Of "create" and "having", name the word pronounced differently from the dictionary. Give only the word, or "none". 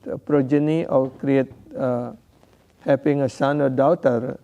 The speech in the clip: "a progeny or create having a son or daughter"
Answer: having